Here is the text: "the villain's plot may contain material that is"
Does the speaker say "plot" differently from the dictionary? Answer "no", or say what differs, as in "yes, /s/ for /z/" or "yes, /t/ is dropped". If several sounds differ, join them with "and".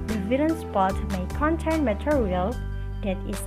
yes, /l/ is dropped